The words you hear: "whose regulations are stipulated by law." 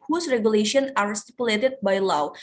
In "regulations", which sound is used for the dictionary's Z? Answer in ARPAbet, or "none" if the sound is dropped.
none